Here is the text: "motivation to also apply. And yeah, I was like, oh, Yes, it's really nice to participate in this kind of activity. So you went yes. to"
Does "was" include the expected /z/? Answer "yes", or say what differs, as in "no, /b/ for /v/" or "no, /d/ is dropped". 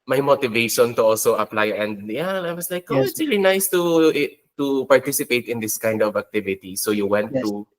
no, /s/ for /z/